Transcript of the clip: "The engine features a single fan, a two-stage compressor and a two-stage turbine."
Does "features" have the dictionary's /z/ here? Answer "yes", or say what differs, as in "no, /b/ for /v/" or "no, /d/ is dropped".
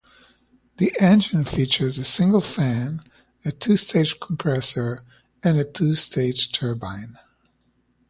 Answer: yes